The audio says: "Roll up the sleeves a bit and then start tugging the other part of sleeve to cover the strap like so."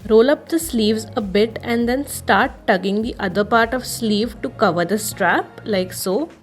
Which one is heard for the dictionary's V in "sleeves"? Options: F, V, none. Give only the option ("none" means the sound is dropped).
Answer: V